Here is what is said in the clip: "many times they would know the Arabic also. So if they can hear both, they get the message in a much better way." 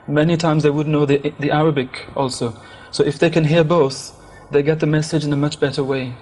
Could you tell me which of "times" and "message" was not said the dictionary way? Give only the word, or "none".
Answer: none